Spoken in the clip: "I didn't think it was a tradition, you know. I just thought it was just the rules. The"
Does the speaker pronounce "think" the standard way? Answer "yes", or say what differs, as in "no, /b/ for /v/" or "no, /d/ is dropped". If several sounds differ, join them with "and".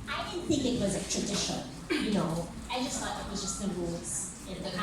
yes